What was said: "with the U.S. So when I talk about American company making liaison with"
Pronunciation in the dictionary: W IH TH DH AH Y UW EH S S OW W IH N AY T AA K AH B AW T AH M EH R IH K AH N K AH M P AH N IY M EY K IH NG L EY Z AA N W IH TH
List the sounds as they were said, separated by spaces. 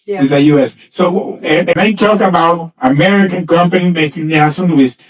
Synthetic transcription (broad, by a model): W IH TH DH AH Y UW EH S S OW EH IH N AY T AA K AH B AW T AH M EH R IH K AH N K AH M P AH N IY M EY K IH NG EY S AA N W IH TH